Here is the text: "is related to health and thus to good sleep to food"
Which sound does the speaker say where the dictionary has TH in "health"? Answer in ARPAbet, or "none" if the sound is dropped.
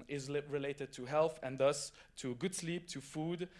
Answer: TH